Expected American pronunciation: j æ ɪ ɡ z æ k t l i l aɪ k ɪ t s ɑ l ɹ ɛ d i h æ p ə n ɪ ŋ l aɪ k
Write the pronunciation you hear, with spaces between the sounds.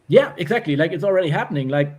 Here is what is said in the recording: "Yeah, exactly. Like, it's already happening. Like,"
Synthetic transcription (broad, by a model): j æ ɪ ɡ z æ k t l i l aɪ k ɪ t s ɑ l ɹ ɛ d i h æ p ə n ɪ ŋ l aɪ k